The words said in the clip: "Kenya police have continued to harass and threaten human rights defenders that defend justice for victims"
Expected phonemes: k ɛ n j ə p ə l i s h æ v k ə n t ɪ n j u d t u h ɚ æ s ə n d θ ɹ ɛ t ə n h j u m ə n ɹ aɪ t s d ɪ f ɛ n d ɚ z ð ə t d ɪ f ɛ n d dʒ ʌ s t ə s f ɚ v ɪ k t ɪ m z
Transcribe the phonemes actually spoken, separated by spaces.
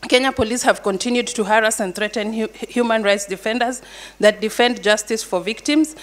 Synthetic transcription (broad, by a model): k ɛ n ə p ə l i s h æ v k ə n t ɪ n j u d t u h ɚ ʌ s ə n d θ ɹ ɛ t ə n h j u m ə n ɹ aɪ t s d ɪ f ɛ n d ɚ z ð ə t d ɪ f ɛ n d dʒ ʌ s t ə s f ɚ v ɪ k t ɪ m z